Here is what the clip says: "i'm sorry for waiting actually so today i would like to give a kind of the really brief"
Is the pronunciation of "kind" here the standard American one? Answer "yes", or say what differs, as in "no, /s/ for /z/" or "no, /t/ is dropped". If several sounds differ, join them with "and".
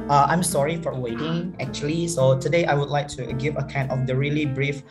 no, /d/ is dropped